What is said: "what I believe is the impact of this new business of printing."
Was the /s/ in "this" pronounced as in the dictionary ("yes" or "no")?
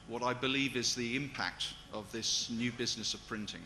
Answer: yes